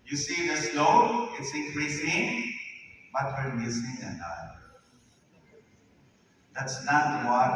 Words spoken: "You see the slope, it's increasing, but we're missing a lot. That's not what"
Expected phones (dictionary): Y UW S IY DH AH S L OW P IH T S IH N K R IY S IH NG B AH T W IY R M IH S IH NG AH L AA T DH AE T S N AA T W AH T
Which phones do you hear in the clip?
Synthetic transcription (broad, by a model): Y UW S IY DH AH S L OW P IH T S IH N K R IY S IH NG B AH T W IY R M IH S IH NG AH N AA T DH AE T S N AA T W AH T